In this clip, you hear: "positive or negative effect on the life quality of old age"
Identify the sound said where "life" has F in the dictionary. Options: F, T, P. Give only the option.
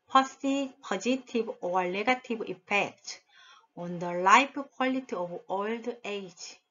P